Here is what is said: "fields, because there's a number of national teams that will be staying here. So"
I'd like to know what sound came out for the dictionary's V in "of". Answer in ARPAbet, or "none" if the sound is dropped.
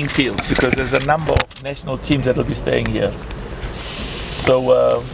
V